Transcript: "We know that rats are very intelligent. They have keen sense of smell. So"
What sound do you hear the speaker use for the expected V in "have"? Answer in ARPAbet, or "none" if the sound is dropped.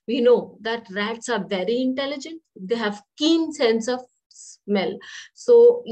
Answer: V